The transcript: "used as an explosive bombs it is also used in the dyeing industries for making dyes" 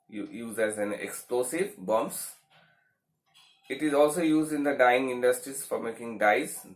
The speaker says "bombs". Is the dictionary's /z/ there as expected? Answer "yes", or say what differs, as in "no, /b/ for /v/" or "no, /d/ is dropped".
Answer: no, /s/ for /z/